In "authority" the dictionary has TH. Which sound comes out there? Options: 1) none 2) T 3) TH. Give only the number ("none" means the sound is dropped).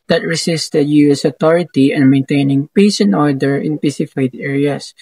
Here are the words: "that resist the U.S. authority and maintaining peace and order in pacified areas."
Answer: 2